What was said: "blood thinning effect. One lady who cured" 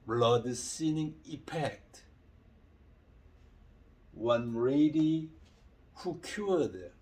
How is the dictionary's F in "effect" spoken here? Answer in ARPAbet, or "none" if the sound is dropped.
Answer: P